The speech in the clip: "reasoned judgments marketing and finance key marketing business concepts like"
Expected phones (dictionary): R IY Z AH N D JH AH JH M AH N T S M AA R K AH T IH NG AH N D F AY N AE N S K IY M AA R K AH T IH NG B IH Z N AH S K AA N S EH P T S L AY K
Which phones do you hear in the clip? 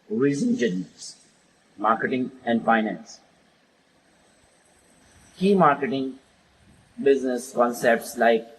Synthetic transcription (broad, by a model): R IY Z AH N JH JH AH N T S M AA R K AH T IH NG AH N D F AY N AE N S K IY M AA R K AH T IH NG B IH Z N AH S K AA N S EH P T S L AY K